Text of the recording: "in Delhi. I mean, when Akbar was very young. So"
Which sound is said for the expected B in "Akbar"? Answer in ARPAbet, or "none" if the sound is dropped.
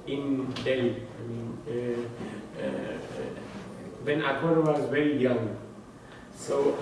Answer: none